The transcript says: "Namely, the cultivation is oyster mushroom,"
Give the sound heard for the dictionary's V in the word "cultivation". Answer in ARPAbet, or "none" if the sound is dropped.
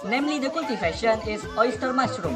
F